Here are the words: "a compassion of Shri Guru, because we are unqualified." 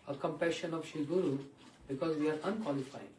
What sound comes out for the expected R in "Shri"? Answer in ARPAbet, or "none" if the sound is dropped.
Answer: none